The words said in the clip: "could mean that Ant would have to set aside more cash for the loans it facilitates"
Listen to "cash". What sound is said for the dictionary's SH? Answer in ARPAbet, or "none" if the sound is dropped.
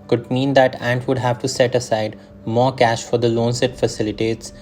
SH